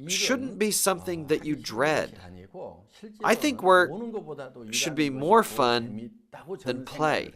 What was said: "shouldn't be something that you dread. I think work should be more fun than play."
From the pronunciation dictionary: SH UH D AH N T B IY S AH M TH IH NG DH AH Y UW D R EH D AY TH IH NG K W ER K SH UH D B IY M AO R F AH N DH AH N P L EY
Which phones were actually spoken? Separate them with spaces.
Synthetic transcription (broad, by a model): SH UH D N B IY S AH M TH IH NG DH AH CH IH D R EH D AY TH IH NG K W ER SH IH D B IY M AO R F AH N DH AH N P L EY